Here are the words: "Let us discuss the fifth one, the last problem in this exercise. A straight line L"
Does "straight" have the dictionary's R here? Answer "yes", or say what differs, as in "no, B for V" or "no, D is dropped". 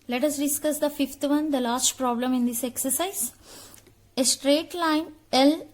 yes